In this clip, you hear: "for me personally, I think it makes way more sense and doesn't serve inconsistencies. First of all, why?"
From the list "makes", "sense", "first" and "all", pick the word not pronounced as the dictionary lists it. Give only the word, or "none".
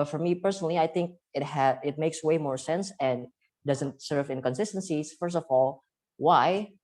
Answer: none